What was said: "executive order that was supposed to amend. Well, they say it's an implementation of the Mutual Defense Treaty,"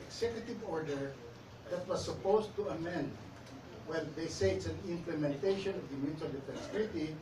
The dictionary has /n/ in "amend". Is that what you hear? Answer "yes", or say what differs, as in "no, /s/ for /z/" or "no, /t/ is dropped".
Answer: yes